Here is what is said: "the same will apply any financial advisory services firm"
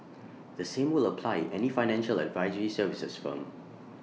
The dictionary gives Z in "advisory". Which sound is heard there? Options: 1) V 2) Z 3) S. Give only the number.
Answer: 2